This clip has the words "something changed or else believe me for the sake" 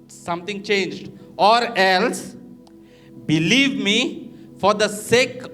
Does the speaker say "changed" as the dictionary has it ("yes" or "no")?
yes